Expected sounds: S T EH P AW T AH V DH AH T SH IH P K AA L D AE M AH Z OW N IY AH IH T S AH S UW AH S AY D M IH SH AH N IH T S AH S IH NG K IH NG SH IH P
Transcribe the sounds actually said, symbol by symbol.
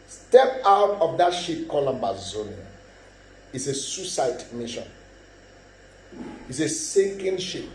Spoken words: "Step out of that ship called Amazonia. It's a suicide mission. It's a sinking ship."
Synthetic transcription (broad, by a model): S T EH P AW T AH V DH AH T SH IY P K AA L AO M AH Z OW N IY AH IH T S AH S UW S AY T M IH SH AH N IH T S AH S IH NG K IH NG SH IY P